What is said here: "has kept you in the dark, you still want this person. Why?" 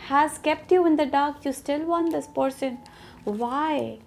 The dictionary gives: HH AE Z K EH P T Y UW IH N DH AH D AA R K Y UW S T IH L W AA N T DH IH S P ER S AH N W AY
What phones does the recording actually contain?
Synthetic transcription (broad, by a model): HH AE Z K EH P T Y UW IH N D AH D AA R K Y UW S T IH L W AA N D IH S P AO SH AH N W AY